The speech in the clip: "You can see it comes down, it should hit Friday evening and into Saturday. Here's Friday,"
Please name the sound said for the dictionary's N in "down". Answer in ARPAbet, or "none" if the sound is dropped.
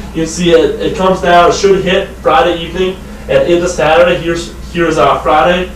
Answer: none